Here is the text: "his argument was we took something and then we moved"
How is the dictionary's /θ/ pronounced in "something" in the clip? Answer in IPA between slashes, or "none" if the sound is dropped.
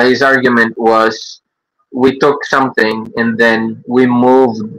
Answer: /θ/